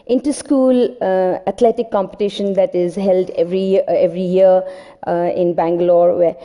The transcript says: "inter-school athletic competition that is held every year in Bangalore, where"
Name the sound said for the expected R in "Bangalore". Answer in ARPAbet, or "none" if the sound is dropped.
R